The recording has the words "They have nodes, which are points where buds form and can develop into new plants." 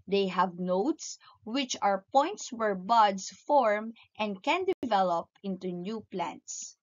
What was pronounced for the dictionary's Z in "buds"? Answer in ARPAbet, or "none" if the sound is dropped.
S